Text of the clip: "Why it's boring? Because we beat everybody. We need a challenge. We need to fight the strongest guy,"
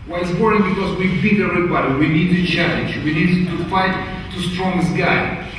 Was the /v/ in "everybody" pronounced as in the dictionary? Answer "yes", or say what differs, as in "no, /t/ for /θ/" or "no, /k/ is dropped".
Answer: no, /v/ is dropped